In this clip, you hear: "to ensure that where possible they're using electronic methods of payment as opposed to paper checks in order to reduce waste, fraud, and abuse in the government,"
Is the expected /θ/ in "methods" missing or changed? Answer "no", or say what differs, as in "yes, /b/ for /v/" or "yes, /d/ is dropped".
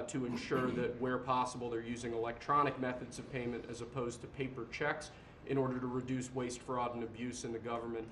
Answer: no